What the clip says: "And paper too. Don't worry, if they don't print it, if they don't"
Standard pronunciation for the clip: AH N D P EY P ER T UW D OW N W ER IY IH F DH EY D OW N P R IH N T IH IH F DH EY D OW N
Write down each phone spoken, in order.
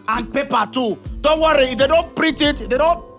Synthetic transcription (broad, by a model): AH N P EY P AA T UW D OW N W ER IY IH F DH EY D OW N P R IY T IH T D EY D OW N